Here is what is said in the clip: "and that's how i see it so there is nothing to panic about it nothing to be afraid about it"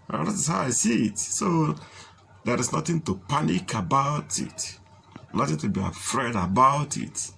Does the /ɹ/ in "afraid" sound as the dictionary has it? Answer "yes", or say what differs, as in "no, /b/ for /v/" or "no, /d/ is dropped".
yes